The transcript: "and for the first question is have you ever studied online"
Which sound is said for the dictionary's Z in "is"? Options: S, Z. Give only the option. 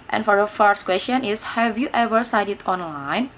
S